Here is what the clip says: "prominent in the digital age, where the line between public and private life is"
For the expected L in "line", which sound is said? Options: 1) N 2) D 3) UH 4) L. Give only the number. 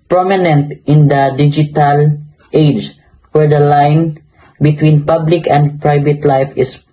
4